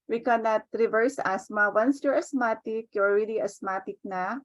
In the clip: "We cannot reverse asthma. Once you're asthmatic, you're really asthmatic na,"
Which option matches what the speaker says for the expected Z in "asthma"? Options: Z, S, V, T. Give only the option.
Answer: S